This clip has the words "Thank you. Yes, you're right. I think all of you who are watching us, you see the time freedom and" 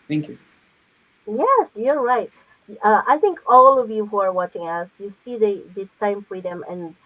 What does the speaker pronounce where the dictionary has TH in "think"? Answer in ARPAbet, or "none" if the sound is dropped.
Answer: TH